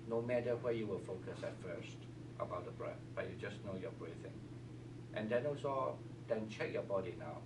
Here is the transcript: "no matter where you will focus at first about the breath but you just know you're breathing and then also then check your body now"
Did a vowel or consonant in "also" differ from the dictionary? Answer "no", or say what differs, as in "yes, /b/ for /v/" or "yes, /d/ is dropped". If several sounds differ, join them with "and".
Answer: yes, /l/ is dropped